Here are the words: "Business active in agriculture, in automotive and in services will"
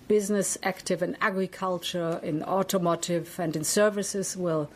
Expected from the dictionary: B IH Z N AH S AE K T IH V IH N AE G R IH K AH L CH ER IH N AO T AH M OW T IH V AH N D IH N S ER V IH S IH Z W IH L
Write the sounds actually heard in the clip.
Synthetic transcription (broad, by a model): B IH Z N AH S AE K T IH V IH N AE G R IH K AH L CH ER IH N AO T AH M OW T IH V AH N D IH N S ER V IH S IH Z W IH L